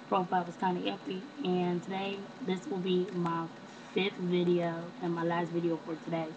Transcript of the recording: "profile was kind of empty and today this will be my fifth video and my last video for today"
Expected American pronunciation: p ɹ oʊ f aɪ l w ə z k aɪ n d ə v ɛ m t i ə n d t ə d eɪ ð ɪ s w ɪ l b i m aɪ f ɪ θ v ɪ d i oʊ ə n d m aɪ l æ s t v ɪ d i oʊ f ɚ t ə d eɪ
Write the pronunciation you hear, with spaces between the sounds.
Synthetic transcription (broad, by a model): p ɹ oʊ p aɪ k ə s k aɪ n ə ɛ t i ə n t ə d eɪ ð ɪ s w ɪ l b i m aɪ f ɪ θ v ɪ d i oʊ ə n m aɪ l æ s t v ɪ d i oʊ f ɚ t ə d eɪ